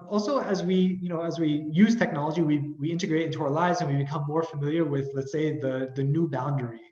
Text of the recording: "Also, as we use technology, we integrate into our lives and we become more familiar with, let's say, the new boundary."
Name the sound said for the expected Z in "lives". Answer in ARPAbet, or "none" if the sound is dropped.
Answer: Z